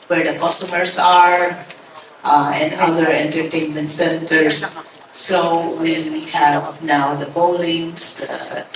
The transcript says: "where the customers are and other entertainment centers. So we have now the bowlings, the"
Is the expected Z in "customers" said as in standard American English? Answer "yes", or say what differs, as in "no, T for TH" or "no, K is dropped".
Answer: no, S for Z